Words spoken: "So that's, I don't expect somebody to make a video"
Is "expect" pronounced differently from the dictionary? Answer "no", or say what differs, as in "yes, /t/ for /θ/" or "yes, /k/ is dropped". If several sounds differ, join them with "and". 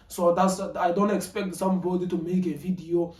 no